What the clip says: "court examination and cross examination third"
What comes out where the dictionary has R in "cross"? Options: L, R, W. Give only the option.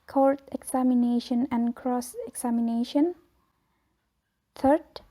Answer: R